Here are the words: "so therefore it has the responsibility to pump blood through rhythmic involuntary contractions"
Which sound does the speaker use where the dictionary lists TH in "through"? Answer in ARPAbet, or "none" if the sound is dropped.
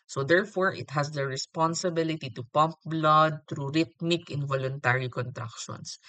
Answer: T